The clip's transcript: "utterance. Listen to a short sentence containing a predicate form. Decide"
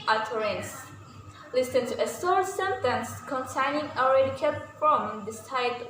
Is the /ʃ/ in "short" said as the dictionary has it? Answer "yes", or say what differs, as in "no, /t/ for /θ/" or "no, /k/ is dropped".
no, /s/ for /ʃ/